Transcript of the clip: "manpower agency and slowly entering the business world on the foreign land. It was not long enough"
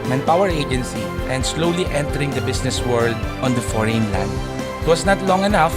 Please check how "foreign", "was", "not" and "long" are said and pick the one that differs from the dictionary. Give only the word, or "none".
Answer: was